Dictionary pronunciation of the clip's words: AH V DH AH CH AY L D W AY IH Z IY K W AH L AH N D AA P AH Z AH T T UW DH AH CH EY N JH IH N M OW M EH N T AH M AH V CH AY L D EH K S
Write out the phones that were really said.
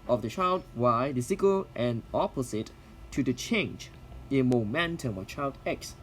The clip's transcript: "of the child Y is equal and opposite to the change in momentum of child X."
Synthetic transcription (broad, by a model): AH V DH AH CH AY L D W AY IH S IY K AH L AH N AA P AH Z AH T T UW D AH CH EY N JH IH N M OW M EH N T AH M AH CH AY L D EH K S